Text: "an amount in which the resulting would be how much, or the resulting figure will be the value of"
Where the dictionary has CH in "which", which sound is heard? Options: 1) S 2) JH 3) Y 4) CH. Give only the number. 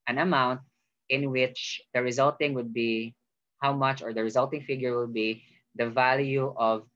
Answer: 4